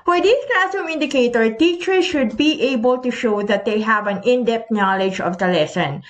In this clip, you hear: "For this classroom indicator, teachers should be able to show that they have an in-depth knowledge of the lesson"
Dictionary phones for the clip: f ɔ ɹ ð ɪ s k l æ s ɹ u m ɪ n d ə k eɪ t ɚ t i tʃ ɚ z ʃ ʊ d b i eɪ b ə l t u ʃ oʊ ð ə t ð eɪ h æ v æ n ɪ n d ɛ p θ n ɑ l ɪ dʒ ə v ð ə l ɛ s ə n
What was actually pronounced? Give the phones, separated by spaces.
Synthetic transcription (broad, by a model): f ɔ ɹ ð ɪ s k l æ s ɔ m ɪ n d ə k eɪ t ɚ t i tʃ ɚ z ʃ ʊ d b i eɪ b ə l t u ʃ oʊ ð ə t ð eɪ h æ v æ n ɪ n d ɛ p t n ɑ l ɪ dʒ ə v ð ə l ɛ s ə n